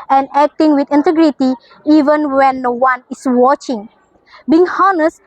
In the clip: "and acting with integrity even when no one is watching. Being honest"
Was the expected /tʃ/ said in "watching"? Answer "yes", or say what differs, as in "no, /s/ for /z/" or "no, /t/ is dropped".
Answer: yes